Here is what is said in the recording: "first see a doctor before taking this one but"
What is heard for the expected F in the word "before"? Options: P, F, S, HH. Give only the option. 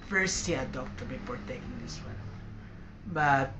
P